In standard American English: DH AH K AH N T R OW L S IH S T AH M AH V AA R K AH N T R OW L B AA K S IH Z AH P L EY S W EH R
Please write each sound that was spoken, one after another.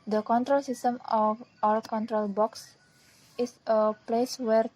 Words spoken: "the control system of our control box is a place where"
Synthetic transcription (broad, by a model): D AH K AH N T R OW L S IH S T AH M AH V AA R K AH N T R OW L B AA K S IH S AH P L EY S W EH R